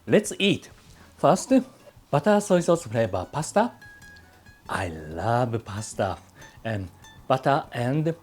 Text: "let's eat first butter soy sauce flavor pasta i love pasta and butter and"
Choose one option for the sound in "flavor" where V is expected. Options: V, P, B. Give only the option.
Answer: B